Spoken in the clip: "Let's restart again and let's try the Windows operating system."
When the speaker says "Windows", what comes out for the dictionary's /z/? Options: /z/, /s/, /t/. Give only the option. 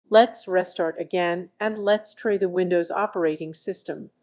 /z/